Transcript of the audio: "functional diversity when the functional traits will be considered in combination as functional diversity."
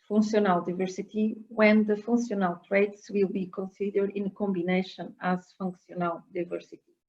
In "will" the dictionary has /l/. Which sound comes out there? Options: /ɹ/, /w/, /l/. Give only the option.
/l/